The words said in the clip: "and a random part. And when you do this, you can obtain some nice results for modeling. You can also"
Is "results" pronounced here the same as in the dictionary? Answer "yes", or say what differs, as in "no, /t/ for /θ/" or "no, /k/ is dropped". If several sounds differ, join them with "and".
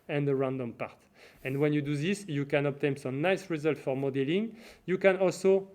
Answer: no, /s/ is dropped